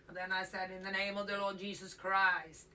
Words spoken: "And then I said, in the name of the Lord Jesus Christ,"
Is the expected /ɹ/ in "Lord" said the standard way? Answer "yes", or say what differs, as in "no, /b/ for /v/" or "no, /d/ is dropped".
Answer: yes